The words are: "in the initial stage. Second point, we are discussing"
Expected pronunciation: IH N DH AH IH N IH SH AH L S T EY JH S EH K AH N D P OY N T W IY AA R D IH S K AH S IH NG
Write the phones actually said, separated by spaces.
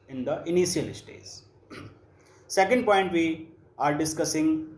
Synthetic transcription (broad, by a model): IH N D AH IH N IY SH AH L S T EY Z S EH K AH N D P OY N T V IY AA R D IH S K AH S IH NG